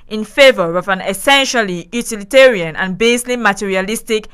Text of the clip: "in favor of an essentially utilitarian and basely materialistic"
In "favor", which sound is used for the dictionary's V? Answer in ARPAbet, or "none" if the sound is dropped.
V